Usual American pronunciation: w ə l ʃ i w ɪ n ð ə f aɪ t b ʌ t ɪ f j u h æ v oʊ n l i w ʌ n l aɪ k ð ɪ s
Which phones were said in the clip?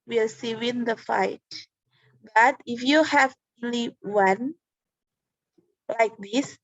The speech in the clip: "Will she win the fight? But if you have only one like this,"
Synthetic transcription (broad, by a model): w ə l s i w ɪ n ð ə f aɪ t b ʌ t ɪ f j u h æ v oʊ n l i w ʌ n l aɪ k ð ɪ s